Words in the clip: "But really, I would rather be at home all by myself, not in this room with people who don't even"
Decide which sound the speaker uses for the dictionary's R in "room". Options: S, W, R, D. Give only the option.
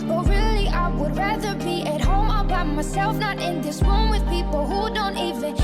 W